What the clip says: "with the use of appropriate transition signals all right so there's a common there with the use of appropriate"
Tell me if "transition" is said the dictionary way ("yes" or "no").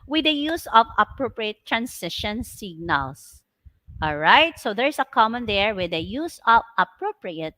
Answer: no